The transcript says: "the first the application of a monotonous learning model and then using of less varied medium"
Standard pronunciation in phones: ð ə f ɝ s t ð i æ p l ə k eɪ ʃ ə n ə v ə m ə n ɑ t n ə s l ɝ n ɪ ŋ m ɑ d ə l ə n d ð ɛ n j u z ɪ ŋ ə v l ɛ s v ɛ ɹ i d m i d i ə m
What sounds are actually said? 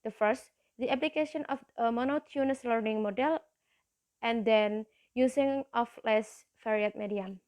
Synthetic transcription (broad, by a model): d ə f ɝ s t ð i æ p l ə k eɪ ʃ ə n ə f ə m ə n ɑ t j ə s l ɝ n ɪ ŋ m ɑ d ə l ə n d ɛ n j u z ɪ ŋ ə f l ɛ s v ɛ ɹ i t m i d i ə m